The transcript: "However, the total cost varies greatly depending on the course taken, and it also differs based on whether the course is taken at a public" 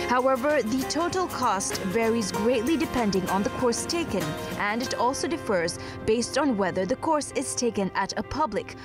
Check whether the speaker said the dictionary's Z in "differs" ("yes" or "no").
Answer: yes